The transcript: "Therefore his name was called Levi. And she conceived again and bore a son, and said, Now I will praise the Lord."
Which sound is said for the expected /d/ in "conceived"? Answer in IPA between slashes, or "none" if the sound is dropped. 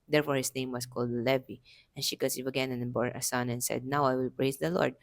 none